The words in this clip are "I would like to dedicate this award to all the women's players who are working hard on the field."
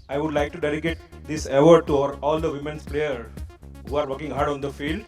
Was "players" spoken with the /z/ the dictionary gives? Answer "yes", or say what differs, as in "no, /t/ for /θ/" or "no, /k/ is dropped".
no, /z/ is dropped